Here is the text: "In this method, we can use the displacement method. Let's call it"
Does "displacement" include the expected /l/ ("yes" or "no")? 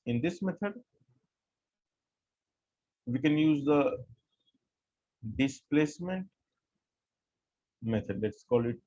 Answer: yes